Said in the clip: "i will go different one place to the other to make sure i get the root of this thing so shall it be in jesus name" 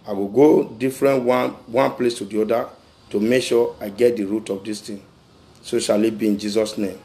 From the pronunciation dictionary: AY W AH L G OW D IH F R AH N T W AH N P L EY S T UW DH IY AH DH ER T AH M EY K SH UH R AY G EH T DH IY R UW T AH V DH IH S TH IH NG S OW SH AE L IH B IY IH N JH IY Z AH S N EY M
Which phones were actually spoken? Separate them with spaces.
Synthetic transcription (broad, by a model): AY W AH G OW D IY F R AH N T W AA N P L EY S T UW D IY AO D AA T AH M EY K SH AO AY G EH T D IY R UW T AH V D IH S T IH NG S OW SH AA L IH B IY IH N JH IY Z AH S N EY M